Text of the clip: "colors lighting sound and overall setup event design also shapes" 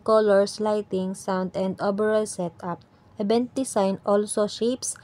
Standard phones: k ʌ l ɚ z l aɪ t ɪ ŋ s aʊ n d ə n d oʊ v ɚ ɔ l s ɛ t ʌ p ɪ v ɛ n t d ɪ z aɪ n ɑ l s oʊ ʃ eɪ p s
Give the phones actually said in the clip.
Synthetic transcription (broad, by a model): k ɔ l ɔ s l aɪ t ɪ ŋ s aʊ n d ə n d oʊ b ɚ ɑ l s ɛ t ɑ p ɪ b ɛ n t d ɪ s aɪ n ɑ l s oʊ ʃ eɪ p s